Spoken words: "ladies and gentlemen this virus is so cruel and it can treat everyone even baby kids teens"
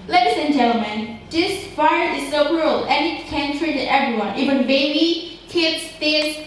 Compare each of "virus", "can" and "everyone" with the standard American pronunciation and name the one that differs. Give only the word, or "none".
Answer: virus